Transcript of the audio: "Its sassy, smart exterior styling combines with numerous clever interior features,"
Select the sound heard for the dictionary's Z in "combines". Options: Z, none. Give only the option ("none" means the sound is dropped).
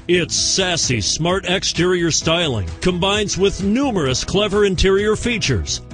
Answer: Z